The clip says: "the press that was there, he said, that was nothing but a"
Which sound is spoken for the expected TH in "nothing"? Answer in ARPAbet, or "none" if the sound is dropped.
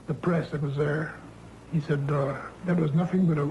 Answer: TH